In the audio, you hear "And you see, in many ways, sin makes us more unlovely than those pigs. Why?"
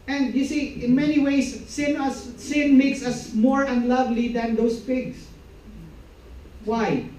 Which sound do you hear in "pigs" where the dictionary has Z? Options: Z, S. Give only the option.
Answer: S